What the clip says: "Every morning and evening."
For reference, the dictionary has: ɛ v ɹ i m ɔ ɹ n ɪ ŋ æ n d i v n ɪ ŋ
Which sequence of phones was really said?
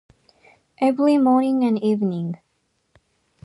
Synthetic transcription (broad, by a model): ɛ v l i m ɔ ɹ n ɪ ŋ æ n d i v n ɪ ŋ